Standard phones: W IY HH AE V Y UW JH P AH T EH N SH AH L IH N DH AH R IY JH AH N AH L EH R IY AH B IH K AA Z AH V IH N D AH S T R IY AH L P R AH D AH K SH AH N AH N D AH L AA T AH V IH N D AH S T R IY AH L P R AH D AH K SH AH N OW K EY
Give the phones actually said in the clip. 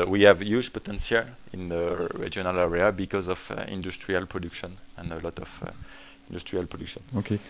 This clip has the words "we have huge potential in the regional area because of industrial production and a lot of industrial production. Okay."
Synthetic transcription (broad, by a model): W IY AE V Y UW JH P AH T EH N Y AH L IH N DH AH R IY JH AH N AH L EH R IY AH B IH K AA Z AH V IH N D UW S T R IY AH L P R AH D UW K SH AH N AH N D AH L AA T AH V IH N D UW S T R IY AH L P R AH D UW K SH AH N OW K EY